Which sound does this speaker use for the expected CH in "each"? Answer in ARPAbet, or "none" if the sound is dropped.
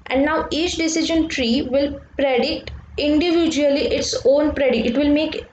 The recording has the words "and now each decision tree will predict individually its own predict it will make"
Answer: CH